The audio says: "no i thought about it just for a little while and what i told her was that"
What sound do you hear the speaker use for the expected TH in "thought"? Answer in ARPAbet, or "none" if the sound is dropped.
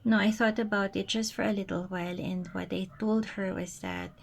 TH